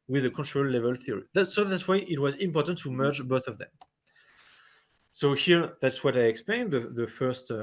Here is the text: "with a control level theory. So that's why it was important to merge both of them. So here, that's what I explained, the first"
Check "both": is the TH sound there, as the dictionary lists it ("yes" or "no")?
yes